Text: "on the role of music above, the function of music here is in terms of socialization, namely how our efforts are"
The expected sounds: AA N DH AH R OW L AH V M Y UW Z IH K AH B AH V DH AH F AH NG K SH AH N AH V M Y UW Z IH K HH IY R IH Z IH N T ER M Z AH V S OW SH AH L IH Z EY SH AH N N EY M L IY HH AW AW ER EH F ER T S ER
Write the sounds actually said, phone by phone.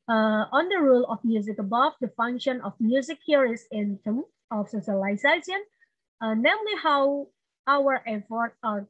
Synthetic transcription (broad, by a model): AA N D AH R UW L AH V M Y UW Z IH K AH B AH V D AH F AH NG K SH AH N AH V M Y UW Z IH K HH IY R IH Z IH N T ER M AH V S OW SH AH L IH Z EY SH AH N N EY M L IY HH AW AW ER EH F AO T ER